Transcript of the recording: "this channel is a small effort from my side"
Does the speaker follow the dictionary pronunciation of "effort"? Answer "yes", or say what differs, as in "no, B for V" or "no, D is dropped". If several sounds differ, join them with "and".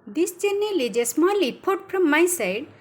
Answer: no, P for F